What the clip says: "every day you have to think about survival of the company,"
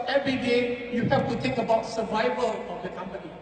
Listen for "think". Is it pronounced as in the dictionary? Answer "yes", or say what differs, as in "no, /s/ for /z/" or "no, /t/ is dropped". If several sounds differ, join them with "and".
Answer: no, /t/ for /θ/